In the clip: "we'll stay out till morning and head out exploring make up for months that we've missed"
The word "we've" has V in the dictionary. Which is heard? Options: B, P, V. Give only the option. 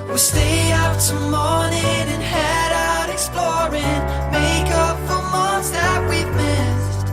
P